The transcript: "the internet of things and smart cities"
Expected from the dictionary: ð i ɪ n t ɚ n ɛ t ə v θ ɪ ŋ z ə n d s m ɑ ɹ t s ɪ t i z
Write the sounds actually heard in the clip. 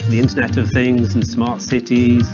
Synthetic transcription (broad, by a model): ð i ɪ n t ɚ n ɛ t ə v θ ɪ ŋ z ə n s m ɑ ɹ t s ɪ t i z